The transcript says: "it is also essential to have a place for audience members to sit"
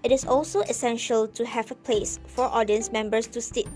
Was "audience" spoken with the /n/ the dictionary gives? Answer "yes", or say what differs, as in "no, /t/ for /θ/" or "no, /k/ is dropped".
yes